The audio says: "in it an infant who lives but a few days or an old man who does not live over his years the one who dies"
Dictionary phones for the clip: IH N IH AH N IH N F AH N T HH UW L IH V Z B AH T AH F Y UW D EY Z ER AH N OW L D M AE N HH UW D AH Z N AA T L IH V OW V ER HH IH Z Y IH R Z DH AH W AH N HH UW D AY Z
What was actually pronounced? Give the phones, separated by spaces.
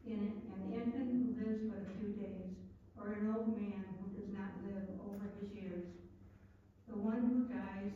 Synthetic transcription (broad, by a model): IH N IH AH N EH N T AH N HH UW L IH V Z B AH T AH F Y UW D EY Z ER AH N OW L D M AE N HH UW D AH Z N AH T L IH V OW V ER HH IH Z Y IH R Z DH AH W AH N HH UW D AY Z